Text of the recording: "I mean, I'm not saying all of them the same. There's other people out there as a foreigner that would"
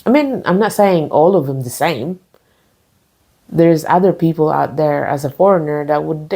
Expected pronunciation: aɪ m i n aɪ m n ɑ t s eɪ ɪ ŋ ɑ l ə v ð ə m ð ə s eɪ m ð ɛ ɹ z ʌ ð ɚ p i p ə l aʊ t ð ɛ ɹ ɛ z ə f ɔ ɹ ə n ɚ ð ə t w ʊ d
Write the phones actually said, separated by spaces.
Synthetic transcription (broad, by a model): aɪ m i n aɪ m n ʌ t s eɪ ɪ ŋ ɑ l ə v ð ə m ð ə s eɪ m ð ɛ ɹ z ʌ ð ɚ p i p l aʊ t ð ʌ ɹ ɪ z ə f ɔ ɹ ə n ɚ ð ə t w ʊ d